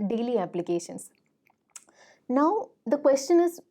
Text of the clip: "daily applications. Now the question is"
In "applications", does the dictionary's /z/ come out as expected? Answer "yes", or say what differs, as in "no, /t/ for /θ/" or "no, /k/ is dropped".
no, /s/ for /z/